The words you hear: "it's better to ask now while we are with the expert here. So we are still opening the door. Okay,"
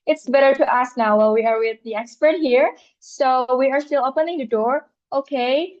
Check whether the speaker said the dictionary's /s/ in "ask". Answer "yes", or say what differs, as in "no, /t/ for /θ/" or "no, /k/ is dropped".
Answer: yes